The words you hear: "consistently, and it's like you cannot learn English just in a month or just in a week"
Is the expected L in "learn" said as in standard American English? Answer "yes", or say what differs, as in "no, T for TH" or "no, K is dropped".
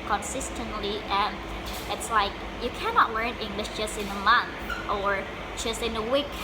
yes